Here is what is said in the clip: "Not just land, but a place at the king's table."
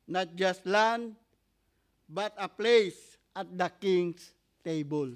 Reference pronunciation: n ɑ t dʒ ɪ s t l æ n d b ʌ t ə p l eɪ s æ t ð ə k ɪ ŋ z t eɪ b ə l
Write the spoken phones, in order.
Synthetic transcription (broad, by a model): n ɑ t dʒ ɪ s t l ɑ n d b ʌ t ə p l eɪ s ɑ t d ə k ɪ ŋ s t eɪ b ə l